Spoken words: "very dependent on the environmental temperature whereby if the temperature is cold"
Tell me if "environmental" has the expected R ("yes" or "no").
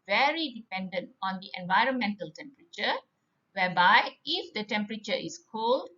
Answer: yes